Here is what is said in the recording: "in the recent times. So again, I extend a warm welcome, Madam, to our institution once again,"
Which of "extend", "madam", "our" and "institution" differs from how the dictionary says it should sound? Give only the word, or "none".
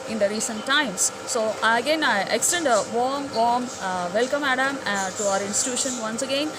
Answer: none